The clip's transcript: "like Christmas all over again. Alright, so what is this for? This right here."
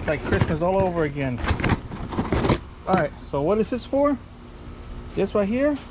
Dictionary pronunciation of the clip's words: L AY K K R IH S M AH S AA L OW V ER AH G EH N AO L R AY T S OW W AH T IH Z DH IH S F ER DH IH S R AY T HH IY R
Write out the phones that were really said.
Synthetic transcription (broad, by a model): L AY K K R IH S M AH S AA L OW V ER AH G EH N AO R AY T S OW W AH T IH Z DH IH S F ER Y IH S W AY HH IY R